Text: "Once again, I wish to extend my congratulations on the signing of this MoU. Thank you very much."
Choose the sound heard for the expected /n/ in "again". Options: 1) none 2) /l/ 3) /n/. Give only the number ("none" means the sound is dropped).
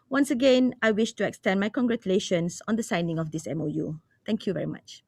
3